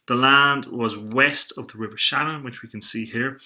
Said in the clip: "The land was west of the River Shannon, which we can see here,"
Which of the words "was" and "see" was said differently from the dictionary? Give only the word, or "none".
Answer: none